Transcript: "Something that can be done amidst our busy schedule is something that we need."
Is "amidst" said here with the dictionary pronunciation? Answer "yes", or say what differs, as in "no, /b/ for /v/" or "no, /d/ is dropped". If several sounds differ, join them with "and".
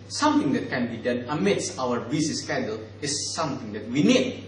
no, /t/ is dropped